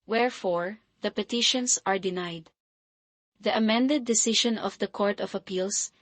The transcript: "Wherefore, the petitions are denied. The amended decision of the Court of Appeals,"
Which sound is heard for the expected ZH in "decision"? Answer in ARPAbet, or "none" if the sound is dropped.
SH